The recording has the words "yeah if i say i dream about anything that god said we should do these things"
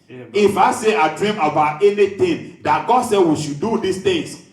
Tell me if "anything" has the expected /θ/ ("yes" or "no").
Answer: no